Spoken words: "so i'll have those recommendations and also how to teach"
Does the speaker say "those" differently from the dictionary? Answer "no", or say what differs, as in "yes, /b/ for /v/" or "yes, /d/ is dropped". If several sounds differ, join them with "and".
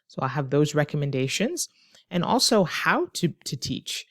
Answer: no